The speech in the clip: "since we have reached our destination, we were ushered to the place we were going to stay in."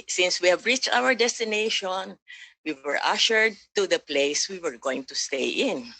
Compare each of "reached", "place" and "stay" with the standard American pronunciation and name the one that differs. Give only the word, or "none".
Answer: none